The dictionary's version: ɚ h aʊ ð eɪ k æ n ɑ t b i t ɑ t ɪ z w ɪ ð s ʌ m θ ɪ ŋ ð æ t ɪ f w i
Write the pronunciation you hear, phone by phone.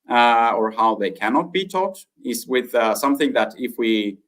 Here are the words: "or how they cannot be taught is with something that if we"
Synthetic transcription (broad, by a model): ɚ h aʊ ð eɪ k æ n ɑ t b i t ɑ t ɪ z w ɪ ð s ʌ m θ ɪ ŋ ð æ t ɪ f w i